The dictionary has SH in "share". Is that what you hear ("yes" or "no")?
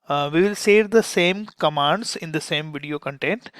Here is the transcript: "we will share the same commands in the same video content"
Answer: no